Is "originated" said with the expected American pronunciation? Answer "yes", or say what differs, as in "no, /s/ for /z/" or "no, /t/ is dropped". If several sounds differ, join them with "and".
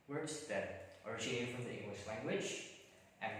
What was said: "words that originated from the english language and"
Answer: no, /n/ is dropped